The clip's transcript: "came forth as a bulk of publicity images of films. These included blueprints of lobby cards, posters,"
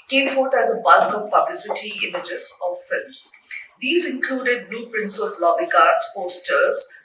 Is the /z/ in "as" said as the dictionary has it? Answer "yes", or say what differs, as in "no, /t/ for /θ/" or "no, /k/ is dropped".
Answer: yes